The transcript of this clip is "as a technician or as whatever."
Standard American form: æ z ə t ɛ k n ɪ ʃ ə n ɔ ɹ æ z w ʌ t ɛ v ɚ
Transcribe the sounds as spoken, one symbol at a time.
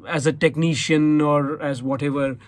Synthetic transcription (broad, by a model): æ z ə t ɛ k n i ʃ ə n ɔ ɹ æ z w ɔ t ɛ v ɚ